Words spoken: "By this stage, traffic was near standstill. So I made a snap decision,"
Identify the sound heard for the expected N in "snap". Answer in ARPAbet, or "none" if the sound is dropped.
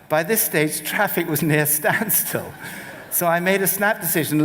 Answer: N